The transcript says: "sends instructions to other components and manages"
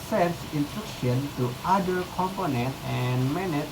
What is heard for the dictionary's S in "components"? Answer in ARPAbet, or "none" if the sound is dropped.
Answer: none